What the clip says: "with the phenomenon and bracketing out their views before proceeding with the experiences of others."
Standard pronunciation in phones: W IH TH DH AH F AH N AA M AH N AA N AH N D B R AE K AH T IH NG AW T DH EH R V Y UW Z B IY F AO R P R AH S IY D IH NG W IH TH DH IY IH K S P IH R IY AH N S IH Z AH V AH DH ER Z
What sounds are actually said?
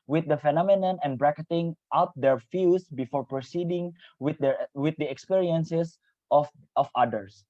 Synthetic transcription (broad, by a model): W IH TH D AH F AH N AA M AH N AA N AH N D B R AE K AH T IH NG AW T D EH R F Y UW S B IY F AO R P R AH S IY D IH NG W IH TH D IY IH K S P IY R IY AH N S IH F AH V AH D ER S